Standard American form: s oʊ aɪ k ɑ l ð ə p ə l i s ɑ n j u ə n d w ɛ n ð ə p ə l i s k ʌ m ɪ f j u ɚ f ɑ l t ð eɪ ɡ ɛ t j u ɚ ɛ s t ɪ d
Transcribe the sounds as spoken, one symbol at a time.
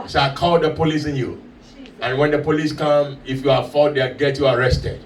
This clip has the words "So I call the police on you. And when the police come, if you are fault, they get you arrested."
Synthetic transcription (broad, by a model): s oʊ aɪ k ɑ l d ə p ə l i s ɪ n j u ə n w ɛ n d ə p ə l i s k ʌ m ɪ f j u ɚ f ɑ t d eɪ ɡ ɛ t j u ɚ ɛ s t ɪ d